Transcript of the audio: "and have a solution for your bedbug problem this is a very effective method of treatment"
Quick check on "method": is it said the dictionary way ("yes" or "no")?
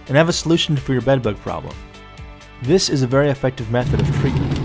yes